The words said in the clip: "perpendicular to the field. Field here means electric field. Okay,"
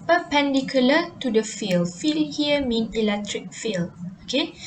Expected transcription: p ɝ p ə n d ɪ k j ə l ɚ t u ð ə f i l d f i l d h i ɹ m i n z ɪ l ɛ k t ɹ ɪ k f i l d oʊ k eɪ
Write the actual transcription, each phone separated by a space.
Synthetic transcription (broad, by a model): p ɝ p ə n d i k j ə l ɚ t u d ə f i l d f i l h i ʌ m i n ɪ l ɛ k t ɹ ɪ k f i l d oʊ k eɪ